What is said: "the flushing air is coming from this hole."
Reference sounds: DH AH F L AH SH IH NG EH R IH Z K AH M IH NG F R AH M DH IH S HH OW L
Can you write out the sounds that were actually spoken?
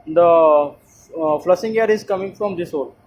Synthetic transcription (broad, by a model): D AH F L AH S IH NG EH R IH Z K AH M IH NG F R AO M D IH S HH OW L